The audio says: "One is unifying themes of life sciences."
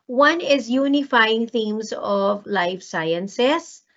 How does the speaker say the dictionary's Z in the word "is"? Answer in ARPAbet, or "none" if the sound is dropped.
Z